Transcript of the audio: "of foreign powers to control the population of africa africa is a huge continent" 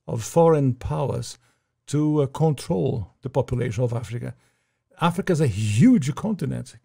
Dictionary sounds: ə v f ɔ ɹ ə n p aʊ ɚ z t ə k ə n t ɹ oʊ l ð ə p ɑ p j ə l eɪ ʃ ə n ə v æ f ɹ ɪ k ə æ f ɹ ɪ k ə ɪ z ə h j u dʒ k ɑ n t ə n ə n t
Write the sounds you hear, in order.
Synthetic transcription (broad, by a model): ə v f ɔ ɹ ə n p aʊ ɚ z t ə k ə n t ɹ oʊ l ð ə p ɑ p j ə l eɪ ʃ ə n ə v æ f ɹ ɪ k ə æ f ɹ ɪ k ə ɪ z ə h j u dʒ k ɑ n t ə n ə n t